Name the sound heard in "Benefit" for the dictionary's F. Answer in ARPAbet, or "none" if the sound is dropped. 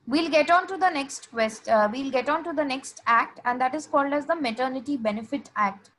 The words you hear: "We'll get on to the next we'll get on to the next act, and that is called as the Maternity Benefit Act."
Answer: F